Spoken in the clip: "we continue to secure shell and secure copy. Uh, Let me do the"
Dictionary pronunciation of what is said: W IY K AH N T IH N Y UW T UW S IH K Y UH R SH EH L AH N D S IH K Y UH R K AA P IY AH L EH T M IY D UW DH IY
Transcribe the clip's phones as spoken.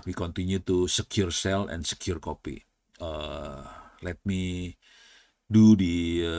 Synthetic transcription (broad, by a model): W IY K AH N T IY N Y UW T UW S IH K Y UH R S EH L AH N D S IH K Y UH R K AA P IY AH L EH T M IY D UW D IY